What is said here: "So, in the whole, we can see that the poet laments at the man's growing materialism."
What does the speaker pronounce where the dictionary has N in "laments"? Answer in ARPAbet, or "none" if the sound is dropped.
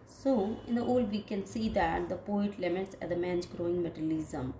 none